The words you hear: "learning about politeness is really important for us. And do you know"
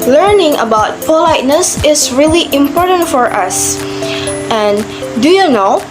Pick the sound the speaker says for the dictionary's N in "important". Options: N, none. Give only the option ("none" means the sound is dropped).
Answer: N